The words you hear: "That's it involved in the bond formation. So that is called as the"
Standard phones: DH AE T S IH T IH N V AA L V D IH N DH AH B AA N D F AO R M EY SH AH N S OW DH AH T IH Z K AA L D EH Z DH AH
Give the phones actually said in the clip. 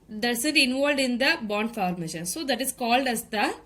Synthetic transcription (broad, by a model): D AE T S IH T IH N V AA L D IH N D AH B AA N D F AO R M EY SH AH N S OW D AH T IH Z K AA L D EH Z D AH